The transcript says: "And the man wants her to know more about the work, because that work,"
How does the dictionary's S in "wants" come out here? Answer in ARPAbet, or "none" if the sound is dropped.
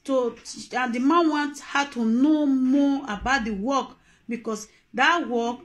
none